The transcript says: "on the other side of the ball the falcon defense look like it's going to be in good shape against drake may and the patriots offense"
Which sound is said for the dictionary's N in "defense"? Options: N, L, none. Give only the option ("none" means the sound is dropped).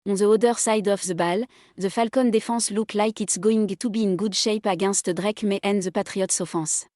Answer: none